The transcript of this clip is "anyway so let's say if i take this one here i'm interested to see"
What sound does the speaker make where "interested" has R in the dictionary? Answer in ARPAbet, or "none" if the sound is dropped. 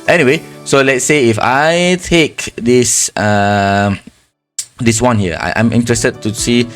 R